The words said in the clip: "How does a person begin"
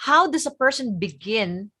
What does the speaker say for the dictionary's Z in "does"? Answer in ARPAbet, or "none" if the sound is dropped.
S